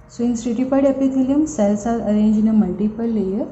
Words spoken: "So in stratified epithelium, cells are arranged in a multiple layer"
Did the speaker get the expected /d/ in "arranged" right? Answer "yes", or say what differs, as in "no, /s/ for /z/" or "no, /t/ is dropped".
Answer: no, /d/ is dropped